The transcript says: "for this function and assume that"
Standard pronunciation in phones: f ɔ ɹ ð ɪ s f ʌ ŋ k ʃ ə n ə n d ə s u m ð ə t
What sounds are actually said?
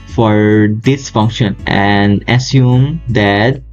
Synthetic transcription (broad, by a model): f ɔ ɹ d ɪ s f ʌ ŋ k ʃ ə n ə n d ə s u m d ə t